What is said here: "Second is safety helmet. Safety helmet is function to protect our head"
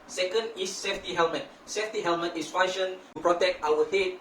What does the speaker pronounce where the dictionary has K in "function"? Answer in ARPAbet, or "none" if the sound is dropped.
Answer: none